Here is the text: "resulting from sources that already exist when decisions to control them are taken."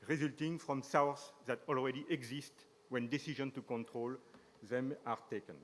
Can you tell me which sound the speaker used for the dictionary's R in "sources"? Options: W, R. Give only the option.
W